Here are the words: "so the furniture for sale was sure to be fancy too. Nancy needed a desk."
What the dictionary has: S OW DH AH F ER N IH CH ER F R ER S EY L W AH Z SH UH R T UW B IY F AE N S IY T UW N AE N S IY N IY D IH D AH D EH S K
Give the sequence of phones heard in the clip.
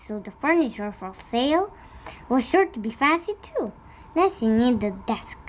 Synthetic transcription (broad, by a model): S OW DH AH F ER N IH CH ER F R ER S EY L W AH Z SH UH R T UW B IY F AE S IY T UW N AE S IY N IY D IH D AH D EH S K